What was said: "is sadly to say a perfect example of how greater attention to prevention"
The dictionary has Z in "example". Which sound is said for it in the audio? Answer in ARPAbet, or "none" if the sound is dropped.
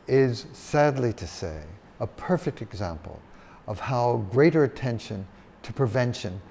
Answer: Z